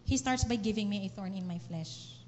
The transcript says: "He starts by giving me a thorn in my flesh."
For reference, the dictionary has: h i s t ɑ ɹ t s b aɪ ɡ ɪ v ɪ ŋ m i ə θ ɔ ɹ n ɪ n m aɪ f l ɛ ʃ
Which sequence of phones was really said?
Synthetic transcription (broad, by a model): h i s t ɑ ɹ t s b aɪ ɡ ɪ v ɪ ŋ m i ə θ ɔ ɹ n ɪ n m aɪ f l ɛ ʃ